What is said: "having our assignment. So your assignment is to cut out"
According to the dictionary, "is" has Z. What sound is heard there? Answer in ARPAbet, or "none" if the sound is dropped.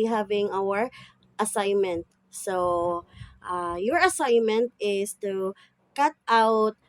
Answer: S